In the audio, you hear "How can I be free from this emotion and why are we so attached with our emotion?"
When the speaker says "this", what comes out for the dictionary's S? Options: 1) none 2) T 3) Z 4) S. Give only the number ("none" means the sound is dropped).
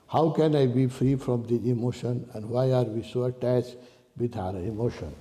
1